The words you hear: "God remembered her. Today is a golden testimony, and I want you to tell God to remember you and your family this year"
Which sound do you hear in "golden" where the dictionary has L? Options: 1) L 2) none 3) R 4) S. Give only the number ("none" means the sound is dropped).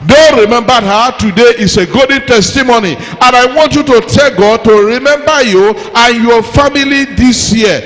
2